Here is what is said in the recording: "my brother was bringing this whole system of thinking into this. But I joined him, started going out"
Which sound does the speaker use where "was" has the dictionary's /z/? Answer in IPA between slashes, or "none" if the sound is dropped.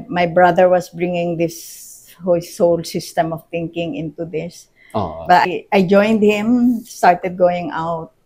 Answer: /s/